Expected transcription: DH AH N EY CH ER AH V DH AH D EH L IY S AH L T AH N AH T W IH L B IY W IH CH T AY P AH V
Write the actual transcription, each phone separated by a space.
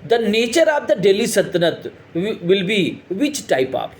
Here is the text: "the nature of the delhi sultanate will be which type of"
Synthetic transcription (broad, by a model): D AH N EY CH ER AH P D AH D EH L IY S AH T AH N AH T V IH L B IY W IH CH T AY P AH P